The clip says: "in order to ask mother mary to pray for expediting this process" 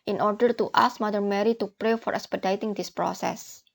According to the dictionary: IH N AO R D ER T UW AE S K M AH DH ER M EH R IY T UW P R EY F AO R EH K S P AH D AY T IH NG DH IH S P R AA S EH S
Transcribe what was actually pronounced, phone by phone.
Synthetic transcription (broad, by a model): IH N AO R D ER T UW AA S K M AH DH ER M EH R IY T UW P R EY F AO R EH K S P AH D AY T IH NG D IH S P R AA S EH S